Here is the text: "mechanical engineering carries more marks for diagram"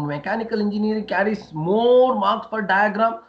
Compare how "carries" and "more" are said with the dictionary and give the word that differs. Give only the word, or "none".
carries